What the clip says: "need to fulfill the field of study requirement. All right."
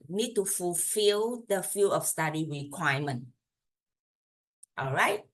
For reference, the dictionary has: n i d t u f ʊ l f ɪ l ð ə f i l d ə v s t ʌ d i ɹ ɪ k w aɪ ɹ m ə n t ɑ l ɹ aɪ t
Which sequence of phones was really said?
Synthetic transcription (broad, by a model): n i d t u f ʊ l f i l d ə f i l ə f s t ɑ d i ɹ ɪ k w aɪ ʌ m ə n t ɑ l ɹ aɪ t